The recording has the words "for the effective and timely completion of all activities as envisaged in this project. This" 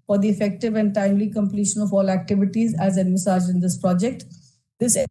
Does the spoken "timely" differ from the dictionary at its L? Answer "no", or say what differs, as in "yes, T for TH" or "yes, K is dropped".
no